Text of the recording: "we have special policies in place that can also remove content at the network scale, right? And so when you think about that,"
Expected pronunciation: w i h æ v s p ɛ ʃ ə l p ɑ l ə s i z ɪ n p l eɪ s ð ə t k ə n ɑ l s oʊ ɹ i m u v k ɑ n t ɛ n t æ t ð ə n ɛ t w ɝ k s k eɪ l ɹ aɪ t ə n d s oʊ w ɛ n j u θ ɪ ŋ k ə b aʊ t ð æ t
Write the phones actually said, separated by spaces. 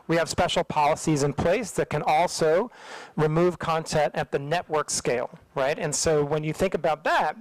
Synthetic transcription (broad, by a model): w i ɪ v s p ɛ ʃ l p ɑ l ə s i z ɪ n p l eɪ s ð ə t k ə n ɑ l s oʊ ɹ i m u v k ɑ n t ɛ n t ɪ t ð ə n ɛ t w ɝ k s k eɪ l ɹ aɪ t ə n s oʊ w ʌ n j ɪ θ ɪ ŋ k ə b aʊ t ð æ t